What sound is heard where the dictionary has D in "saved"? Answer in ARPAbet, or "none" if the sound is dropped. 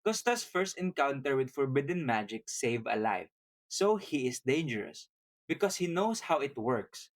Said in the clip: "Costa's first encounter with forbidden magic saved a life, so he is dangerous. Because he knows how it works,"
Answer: none